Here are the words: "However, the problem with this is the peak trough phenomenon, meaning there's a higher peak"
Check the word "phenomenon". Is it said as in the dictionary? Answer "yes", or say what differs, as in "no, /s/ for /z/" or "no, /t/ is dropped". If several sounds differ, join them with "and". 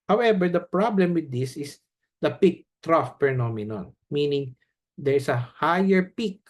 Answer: no, /p/ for /f/